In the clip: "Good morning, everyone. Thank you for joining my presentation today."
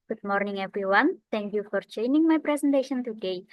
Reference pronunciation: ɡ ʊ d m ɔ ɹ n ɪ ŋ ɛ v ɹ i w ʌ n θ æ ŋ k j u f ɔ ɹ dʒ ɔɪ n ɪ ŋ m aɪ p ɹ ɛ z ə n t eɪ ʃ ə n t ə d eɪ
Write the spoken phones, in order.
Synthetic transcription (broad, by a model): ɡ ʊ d m ɔ ɹ n ɪ ŋ ɛ v ɹ i w ʌ n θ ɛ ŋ k j u f ɔ ɹ tʃ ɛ n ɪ ŋ m aɪ p ɹ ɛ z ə n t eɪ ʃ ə n t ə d eɪ